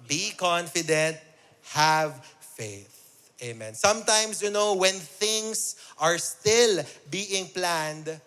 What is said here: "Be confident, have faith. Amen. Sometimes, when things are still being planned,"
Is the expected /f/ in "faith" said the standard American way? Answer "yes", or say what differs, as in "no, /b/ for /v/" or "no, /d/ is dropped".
yes